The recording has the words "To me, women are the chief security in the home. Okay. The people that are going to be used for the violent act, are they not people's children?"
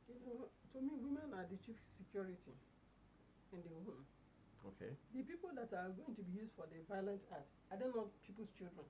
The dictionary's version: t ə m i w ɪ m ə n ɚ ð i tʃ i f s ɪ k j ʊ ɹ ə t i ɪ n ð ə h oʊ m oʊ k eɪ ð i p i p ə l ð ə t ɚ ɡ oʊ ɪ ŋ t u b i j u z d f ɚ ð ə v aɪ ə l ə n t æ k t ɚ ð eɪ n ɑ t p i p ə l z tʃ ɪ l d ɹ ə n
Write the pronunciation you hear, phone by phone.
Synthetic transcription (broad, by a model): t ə m i w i m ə n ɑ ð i tʃ i f s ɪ k j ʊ ɹ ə t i ɪ n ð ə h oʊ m oʊ k eɪ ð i p i p ə l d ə t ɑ ɡ oʊ ɪ ŋ t u b i j u z d f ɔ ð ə v aɪ ə l ə n t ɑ t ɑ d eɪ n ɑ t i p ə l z tʃ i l d ɹ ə n